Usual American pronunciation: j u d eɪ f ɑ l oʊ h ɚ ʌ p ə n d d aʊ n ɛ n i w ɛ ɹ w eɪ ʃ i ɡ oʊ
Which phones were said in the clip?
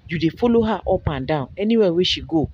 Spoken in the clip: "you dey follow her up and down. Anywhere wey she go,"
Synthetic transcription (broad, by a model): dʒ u d eɪ f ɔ l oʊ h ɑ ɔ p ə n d d aʊ ɛ n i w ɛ w eɪ ʃ i ɡ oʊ